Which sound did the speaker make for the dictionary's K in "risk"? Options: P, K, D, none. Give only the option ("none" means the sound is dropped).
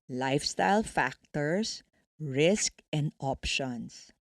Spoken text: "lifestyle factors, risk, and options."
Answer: K